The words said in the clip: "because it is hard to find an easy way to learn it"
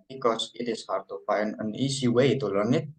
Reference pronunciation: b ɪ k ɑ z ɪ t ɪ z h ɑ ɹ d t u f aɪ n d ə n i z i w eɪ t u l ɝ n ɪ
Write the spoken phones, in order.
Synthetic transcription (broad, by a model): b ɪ k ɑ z ɪ t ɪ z h ɑ ɹ d t u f aɪ n ə n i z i w eɪ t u l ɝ n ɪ